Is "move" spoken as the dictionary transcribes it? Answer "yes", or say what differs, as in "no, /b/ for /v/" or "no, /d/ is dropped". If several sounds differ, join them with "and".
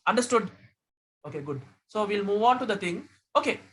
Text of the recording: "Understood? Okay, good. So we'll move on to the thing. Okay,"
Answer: yes